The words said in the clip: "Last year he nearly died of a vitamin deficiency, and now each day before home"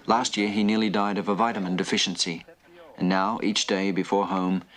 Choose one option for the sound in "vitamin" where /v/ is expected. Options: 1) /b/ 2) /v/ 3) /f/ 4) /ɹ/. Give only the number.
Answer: 2